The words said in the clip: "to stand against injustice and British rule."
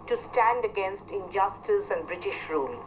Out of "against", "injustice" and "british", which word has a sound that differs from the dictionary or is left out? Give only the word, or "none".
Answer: none